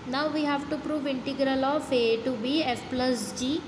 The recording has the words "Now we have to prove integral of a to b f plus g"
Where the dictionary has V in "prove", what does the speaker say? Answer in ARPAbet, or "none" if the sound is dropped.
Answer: V